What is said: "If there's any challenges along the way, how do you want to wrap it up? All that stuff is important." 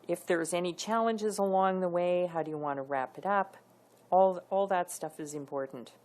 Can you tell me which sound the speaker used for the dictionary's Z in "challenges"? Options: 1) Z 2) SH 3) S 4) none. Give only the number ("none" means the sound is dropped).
1